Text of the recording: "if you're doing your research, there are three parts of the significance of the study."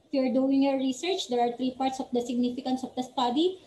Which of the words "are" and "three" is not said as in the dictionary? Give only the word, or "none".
three